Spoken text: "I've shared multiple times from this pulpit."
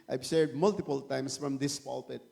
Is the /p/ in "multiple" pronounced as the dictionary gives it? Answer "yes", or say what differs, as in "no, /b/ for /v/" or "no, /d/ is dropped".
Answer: yes